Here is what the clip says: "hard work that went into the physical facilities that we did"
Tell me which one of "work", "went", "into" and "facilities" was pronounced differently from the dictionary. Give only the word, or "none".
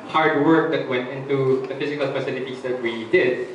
facilities